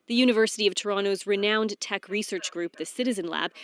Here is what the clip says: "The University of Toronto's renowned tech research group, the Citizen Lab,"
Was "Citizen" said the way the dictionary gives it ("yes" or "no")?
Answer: yes